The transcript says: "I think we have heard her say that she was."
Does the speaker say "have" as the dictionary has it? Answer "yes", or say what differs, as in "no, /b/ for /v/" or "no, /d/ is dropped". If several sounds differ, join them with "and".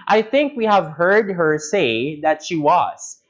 yes